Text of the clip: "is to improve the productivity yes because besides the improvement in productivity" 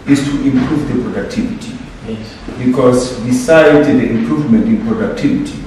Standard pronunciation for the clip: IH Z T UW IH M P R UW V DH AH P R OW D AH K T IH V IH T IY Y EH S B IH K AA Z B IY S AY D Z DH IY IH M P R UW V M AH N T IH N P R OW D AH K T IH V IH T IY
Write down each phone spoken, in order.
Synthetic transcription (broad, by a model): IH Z T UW IH M P R UW V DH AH P R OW D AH K T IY V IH T IY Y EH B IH K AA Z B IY S AY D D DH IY IH M P R UW V M AH N T IH N P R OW D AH K T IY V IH T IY